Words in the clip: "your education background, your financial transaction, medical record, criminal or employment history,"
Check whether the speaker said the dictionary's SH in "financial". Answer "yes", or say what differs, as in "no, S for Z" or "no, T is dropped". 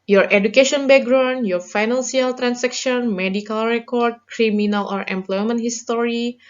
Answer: no, S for SH